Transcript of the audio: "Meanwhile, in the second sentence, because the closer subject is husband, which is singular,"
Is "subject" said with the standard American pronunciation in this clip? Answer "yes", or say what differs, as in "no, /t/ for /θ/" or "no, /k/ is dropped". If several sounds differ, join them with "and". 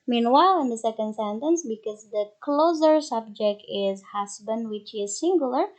yes